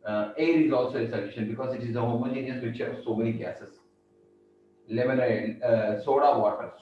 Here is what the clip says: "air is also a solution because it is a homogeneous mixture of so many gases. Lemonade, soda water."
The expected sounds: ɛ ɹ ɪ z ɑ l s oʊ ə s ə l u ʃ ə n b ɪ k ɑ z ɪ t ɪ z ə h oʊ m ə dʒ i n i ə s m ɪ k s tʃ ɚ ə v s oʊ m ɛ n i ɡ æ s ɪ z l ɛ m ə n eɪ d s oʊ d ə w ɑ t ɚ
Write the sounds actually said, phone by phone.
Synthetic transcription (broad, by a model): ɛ ɹ ɪ z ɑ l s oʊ ə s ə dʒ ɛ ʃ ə n b ɪ k ɑ z ɪ t ɪ z ə h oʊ m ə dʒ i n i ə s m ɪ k tʃ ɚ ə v s oʊ m ɛ n i ɡ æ s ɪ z l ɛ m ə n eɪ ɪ s oʊ d ə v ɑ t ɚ